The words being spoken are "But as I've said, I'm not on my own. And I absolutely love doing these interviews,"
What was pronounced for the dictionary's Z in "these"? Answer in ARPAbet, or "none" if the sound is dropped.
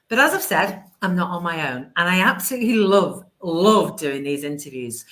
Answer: Z